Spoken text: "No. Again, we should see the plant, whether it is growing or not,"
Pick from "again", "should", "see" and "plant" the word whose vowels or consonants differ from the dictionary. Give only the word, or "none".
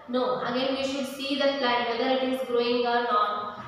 plant